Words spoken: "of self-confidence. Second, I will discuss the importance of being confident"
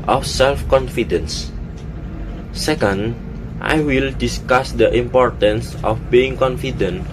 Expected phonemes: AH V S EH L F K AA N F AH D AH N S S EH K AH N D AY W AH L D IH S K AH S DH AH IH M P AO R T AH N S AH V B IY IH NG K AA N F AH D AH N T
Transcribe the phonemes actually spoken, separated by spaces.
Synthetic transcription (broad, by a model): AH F S EH L F K AA N F AH D AH N S S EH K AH N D AY W AH L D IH S K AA S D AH IH M P AO R T AH N S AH F B IY IH NG K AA N F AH D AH N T